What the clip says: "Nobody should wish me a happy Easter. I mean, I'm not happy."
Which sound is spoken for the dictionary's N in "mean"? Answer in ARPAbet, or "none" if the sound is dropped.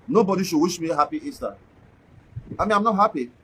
none